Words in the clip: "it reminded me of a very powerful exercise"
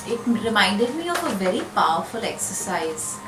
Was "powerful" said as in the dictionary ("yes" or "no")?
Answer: yes